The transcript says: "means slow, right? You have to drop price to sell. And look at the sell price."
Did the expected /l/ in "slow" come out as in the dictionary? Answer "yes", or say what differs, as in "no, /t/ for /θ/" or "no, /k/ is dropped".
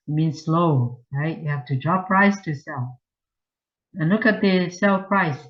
yes